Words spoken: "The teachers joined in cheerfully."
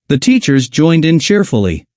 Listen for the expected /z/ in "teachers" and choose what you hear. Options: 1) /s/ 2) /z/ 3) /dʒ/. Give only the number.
2